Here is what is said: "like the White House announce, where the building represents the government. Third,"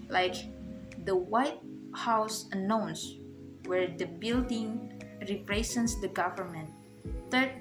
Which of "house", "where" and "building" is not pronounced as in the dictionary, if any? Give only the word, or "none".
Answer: none